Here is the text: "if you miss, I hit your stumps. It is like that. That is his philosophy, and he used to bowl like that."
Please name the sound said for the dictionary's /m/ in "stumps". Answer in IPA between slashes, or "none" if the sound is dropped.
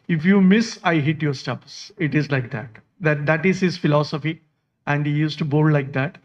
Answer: none